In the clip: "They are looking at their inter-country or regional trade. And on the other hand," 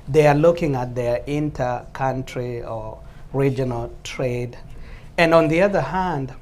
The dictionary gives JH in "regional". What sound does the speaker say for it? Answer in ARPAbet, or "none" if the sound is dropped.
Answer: JH